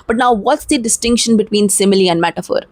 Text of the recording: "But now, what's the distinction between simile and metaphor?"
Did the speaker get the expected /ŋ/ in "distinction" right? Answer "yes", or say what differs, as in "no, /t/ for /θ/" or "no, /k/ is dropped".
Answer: yes